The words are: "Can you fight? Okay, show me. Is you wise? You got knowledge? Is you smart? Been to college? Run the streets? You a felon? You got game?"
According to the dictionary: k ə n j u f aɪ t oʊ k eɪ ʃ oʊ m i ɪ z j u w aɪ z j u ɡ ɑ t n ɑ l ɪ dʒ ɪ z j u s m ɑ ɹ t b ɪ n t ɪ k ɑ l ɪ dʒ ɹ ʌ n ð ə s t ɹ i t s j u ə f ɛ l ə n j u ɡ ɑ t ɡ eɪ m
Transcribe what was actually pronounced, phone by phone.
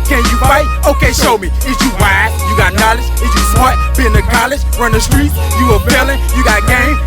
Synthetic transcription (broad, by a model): k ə n j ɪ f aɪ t oʊ k eɪ ʃ oʊ m i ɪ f j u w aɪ j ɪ ɡ ɑ t n ɑ l ɪ dʒ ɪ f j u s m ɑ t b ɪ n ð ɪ k ɑ l ɪ dʒ ɹ ʌ n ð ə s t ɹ i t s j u ə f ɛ l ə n j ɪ ɡ ɑ t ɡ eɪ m